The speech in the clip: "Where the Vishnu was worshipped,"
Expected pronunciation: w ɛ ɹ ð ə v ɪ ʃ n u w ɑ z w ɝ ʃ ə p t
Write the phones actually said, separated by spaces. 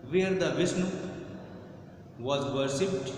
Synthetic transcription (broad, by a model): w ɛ ɹ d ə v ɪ s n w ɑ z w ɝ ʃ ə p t